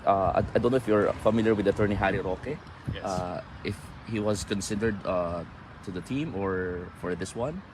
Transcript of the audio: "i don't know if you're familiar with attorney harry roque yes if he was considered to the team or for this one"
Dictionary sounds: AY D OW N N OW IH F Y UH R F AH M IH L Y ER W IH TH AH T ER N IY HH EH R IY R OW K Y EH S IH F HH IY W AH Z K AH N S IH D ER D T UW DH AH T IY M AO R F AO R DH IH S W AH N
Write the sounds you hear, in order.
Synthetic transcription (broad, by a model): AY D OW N N OW IH F Y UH R F AH M IH L Y ER W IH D AH T ER N IY HH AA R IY R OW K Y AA IH F HH IY W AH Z K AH N S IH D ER D T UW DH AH T IY M AO R F AO R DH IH S W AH N